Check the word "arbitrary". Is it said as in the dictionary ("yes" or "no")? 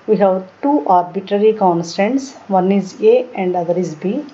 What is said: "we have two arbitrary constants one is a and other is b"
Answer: yes